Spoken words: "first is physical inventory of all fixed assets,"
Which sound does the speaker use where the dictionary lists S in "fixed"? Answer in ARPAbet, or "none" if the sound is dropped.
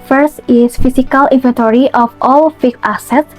none